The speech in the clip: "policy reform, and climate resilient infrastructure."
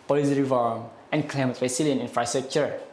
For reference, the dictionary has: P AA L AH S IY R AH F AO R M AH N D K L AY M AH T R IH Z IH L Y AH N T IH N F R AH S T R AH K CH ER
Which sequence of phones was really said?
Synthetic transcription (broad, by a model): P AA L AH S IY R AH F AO R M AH N K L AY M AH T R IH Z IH L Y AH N IH N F R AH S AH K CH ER